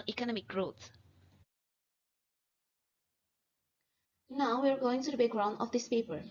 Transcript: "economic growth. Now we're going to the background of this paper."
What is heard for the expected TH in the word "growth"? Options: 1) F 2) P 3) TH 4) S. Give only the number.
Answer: 4